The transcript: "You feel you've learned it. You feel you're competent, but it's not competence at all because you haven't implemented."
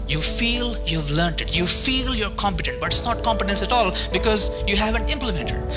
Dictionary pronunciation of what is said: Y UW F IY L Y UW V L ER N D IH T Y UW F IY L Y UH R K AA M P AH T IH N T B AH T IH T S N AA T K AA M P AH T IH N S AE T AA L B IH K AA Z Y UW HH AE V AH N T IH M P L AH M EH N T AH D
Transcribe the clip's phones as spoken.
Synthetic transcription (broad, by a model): Y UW F IY L Y UW V L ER N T IH T Y UW F IY L Y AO R K AA M P AH T IH N T B AH T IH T S N AA T K AA M P AH T IH N S AE T AA L B IH K AA Z Y UW HH AE V AH N T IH M P L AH M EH N T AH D